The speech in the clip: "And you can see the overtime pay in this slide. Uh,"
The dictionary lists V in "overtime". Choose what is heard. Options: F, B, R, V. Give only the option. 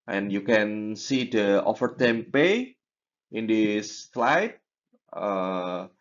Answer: F